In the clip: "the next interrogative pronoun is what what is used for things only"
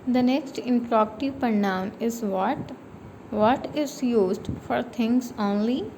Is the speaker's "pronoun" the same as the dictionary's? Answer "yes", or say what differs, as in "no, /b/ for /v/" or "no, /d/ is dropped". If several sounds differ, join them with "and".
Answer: no, /ɹ/ is dropped